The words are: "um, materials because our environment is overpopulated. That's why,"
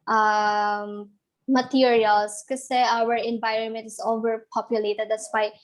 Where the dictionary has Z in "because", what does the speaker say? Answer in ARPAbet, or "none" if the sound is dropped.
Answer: none